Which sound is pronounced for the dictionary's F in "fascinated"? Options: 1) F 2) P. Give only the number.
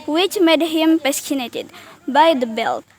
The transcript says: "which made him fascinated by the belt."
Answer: 2